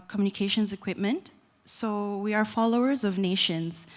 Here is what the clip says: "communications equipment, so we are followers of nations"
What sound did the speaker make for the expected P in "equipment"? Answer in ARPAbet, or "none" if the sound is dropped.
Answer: P